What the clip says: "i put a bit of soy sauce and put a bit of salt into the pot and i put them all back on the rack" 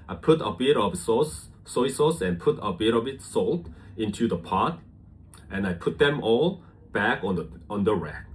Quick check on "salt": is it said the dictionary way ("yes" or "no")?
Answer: yes